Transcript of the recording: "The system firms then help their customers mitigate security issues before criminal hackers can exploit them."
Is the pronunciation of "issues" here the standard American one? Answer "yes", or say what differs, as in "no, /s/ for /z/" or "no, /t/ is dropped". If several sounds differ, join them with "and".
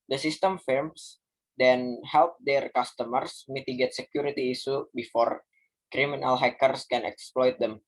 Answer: no, /z/ is dropped